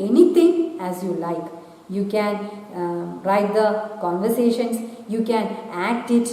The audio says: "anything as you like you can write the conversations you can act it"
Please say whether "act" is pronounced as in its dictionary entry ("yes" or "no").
yes